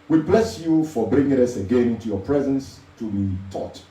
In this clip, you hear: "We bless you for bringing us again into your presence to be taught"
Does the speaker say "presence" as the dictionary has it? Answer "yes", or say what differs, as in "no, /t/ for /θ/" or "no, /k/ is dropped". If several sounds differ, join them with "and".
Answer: yes